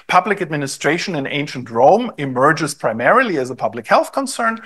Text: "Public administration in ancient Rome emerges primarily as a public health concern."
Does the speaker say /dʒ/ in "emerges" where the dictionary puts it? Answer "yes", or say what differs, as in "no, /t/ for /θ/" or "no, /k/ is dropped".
yes